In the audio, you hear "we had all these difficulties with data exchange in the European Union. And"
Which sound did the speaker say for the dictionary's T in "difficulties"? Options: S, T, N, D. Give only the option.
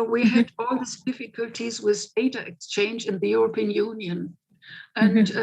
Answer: T